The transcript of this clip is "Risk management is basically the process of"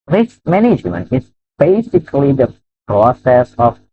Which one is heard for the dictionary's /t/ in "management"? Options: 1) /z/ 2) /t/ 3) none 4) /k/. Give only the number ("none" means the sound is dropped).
3